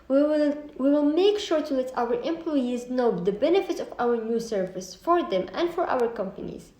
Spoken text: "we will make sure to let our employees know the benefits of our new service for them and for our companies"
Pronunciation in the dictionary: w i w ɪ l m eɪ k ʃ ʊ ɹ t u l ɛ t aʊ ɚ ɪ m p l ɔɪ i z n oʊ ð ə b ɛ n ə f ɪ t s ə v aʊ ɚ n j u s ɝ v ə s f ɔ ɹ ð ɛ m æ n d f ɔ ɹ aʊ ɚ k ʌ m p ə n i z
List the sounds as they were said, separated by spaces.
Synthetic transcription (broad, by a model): w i w ɪ l m eɪ k ʃ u ɹ t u l ɛ t aʊ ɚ ɪ m p l ɔɪ i z n oʊ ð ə b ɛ n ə f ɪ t ə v aʊ ɚ n j u s ɝ v ə s f ɔ ɹ ð ɛ m æ n d f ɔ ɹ aʊ ɚ k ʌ m p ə n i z